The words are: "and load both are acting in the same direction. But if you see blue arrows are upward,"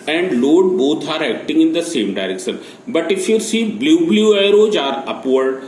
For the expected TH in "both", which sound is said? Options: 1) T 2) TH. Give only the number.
1